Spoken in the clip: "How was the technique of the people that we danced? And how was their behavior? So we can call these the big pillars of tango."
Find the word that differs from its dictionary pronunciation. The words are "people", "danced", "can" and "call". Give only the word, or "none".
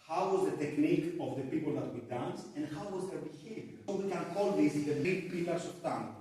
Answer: danced